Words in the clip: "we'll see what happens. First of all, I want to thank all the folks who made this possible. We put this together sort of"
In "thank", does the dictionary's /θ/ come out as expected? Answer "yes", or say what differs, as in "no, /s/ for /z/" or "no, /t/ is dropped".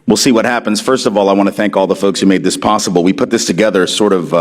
yes